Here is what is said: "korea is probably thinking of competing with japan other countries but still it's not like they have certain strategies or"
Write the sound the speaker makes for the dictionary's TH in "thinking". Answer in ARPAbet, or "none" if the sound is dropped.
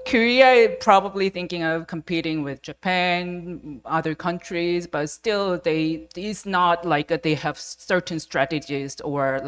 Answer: TH